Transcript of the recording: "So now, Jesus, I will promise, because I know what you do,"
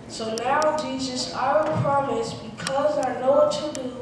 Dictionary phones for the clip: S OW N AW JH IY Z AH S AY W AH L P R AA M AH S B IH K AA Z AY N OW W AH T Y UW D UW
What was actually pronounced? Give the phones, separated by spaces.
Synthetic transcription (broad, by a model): S OW N AW JH IY Z AH S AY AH N P R AA M AH S B IH K AA Z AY N OW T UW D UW